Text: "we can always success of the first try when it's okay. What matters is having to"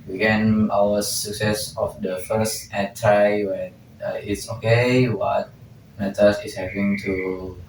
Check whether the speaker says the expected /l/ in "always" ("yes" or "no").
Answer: no